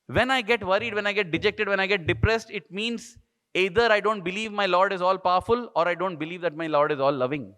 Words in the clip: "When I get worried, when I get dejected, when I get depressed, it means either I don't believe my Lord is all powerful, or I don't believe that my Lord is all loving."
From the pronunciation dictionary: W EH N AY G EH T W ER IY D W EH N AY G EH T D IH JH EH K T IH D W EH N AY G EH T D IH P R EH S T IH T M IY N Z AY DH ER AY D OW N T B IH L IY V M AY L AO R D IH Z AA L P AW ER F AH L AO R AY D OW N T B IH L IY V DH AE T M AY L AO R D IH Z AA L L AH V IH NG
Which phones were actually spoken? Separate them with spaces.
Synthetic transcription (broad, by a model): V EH N AY G EH T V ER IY D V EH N AY G EH T D IH JH EH K T IH D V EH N AY G EH T D IH P R EH S T IH T M IY N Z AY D ER AY D OW N T B IH L IY V M AY L AO R D IH Z AA L P AW ER F AH L AO R AY D OW N T B IH L IY V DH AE T M AY L AO R D IH Z AA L L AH V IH NG